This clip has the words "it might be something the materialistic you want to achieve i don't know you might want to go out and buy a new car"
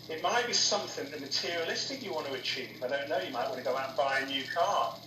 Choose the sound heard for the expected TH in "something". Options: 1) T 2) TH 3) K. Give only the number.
2